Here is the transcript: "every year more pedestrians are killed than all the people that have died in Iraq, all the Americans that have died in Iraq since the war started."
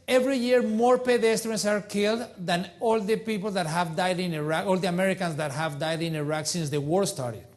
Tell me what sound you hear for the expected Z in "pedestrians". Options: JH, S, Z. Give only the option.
S